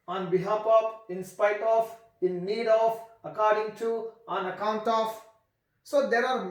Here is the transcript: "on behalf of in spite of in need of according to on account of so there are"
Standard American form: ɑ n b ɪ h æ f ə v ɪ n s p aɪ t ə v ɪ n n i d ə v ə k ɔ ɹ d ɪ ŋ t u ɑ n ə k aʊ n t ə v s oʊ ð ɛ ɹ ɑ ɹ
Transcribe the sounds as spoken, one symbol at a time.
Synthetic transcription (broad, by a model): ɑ n b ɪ h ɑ p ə p ɪ n s p aɪ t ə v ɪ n n i d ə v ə k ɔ ɹ d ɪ ŋ t u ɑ n ə k aʊ n t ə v s oʊ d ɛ ɹ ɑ ɹ